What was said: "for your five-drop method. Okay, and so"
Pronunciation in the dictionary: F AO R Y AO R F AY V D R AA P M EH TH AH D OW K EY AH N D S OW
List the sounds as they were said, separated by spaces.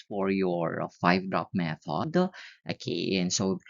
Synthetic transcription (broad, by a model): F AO R Y AO R F AY V D R AA P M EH F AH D OW K EY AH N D S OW